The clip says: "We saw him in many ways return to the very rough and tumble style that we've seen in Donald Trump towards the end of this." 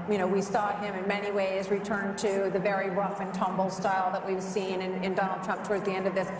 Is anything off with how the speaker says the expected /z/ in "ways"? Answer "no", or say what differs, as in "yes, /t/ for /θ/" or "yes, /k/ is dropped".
no